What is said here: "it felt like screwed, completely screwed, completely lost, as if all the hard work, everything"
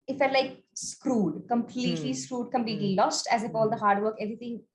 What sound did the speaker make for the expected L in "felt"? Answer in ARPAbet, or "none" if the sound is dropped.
none